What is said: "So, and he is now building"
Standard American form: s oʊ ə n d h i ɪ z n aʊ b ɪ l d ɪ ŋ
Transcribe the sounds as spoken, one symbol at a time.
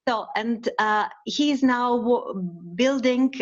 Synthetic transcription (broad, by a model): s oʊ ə n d h i ɪ z n aʊ b ɪ l d ɪ ŋ